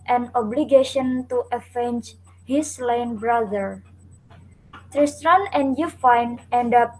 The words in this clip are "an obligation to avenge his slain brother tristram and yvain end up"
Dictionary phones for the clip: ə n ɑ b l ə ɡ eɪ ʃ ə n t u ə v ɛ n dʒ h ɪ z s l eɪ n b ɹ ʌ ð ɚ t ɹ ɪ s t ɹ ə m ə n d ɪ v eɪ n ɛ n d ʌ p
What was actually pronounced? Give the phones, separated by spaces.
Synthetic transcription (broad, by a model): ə n ɑ b l ə ɡ eɪ ʃ ə n t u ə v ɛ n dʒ h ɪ s l eɪ n b ɹ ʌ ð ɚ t ɹ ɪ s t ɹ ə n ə n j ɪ f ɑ n ɛ n d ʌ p